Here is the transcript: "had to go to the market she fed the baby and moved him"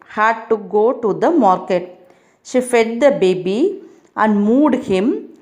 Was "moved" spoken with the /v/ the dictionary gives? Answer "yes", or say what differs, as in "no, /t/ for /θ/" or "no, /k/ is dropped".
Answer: no, /v/ is dropped